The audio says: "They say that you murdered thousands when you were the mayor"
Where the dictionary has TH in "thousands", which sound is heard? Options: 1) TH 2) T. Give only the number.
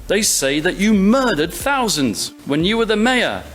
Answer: 1